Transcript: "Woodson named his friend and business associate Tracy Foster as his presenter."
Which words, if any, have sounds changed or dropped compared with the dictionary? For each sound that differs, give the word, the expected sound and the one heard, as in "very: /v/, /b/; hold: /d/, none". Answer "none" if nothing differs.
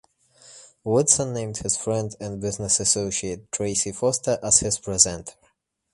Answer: none